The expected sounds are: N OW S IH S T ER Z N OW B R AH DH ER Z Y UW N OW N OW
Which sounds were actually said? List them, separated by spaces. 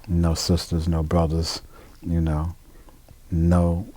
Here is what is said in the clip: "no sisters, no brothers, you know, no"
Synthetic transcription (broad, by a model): N OW S IH S T ER Z N OW B R AH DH ER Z Y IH N OW N OW